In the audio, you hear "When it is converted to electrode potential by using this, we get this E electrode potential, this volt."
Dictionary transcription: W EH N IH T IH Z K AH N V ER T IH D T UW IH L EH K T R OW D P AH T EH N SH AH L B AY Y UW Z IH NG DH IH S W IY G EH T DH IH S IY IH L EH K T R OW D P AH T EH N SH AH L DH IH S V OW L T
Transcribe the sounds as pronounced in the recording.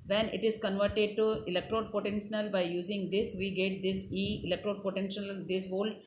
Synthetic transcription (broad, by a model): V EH N IH T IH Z K AH N V ER T IH D T UW IH L EH K T R OW D P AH T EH N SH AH L B AY Y UW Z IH NG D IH S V IY G EH T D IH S IY IH L EH K T R OW D P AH T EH N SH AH L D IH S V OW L